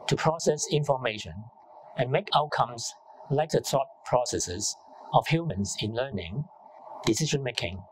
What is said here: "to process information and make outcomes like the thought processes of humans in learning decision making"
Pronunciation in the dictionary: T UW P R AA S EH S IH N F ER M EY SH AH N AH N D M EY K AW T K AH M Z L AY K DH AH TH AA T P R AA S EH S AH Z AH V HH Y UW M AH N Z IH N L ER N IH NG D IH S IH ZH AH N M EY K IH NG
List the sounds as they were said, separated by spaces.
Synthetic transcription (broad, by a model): T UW P R AA S EH S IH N F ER M EY SH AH N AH N M EY K AW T K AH M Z L AY K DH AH T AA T P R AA S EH S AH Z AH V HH Y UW M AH N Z IH N L ER N IH NG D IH S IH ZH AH N M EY K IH NG